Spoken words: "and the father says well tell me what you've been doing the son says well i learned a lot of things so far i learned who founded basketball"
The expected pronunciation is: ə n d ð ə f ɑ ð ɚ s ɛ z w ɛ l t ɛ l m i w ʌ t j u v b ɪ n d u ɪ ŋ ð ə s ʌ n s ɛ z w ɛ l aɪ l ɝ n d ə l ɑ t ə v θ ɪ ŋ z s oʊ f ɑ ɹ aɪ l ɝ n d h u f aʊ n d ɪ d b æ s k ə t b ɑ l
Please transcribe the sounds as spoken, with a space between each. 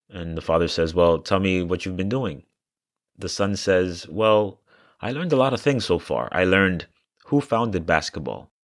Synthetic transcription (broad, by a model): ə n ð ə f ɑ ð ɚ s ɛ z w ɛ l t ɛ l m i w ʌ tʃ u v b ɪ n d u ɪ ŋ ð ə s ʌ n s ɛ z w ɛ l aɪ l ɝ n d ə l ɑ t ə v θ ɪ ŋ z s oʊ f ɑ ɹ aɪ l ɝ n d h u f aʊ n d ɪ d b æ s k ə t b ɑ l